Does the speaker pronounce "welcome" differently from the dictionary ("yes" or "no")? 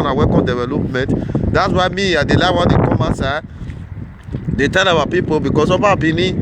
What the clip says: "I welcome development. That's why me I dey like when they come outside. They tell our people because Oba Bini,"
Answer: yes